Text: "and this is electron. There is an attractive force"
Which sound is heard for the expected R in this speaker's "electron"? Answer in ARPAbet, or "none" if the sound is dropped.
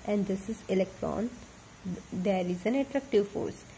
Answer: R